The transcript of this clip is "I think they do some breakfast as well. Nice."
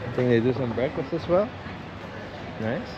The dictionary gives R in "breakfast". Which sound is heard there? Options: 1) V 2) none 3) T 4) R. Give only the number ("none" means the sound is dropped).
2